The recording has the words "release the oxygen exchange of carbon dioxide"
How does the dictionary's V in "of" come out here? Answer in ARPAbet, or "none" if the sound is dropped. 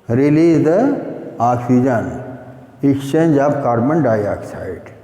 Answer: B